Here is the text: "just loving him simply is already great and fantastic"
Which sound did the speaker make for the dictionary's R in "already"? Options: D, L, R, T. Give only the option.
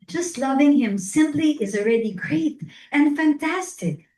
R